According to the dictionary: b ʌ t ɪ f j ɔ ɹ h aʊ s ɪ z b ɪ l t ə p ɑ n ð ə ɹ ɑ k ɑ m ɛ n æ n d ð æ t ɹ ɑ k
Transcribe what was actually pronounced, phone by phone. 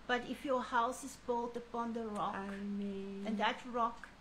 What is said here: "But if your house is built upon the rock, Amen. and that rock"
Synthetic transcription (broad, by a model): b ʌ t ɪ f j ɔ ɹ h aʊ s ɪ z b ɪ l t ə p ɑ n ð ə ɹ ɑ k m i æ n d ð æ t ɹ ɑ k